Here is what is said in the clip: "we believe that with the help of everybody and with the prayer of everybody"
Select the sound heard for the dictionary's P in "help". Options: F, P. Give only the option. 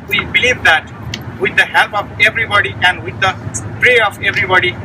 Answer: P